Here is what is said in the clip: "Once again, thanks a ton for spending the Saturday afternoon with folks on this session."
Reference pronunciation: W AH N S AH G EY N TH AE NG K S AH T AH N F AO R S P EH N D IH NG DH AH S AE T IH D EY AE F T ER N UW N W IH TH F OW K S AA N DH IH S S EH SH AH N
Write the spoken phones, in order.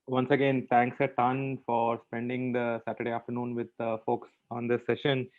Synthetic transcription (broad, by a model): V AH N S AH G EY N T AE NG K S AH T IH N F AO R S P EH N D IH NG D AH S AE T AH D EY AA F T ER N UW N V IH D F OW K S AA N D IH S S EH SH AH N